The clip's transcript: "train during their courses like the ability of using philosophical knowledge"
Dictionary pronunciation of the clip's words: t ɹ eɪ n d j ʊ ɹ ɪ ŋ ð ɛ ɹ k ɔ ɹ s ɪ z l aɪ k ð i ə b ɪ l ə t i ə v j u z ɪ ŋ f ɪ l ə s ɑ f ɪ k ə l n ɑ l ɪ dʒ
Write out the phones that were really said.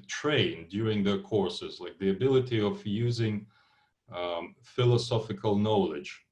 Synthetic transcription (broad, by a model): t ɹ eɪ n d j ʊ ɹ ɪ ŋ ð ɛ ɹ k ɔ ɹ s ɪ z l aɪ k ð i ə b ɪ l ə t i ə v j u z ɪ ŋ f ɪ l ə s ɑ f ɪ k ə l n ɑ l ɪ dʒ